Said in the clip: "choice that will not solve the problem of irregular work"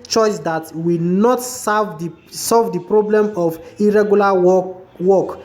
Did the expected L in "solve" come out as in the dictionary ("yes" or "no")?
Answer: yes